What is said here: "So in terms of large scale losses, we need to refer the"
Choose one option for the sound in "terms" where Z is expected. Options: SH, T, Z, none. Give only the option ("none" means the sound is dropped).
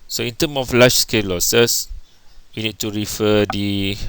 none